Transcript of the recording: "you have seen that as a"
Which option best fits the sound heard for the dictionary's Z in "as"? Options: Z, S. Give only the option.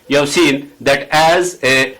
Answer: Z